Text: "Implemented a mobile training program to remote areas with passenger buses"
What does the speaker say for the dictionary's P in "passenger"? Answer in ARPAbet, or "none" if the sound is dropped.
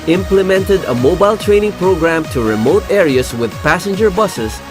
P